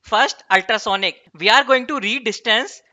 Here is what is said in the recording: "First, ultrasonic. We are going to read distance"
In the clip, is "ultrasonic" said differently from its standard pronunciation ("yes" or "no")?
no